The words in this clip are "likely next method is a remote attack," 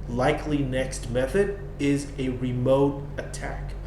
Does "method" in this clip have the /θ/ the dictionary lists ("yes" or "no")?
yes